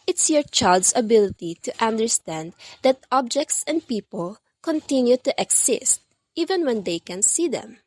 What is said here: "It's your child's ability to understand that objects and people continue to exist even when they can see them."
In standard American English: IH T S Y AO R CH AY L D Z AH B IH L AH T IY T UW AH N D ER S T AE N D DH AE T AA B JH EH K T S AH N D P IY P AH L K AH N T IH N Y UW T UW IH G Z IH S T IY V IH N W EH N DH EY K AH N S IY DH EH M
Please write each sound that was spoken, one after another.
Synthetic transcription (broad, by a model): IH T S Y AO R CH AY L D S AH B IH L AH T IY T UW AH N D ER S T AE N D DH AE T AA B JH EH K T S AH N D P IY P AH L K AH N T IH N Y UW T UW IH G S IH S T IY V IH N W EH N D EY K AH N S IY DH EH M